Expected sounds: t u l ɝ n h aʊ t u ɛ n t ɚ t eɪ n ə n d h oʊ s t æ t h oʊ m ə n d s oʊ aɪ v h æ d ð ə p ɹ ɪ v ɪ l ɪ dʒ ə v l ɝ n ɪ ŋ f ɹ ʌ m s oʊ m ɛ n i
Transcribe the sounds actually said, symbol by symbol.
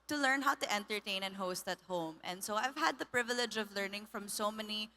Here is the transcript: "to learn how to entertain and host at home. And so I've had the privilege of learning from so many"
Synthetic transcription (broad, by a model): t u l ɝ n h aʊ t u ɛ n t ɚ t eɪ n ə n h oʊ s t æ t h oʊ m ə n d s oʊ aɪ v h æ d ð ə p ɹ ɪ v ɪ l ɪ dʒ ə v l ɝ n ɪ ŋ f ɹ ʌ m s oʊ m ɛ n i